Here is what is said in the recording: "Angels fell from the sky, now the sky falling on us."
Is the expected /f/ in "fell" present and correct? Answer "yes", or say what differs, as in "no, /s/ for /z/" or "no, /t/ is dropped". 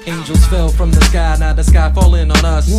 yes